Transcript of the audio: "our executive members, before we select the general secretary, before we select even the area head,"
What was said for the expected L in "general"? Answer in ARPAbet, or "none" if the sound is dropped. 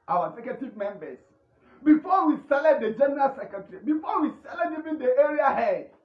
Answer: L